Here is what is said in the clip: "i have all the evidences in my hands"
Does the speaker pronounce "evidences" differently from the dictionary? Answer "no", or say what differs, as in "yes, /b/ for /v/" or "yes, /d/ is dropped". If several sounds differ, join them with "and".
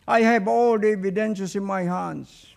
yes, /ʃ/ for /s/ and /s/ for /z/